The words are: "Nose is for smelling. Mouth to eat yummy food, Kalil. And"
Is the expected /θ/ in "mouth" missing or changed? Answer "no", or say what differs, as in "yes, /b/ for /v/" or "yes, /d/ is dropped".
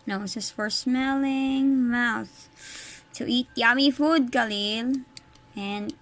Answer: no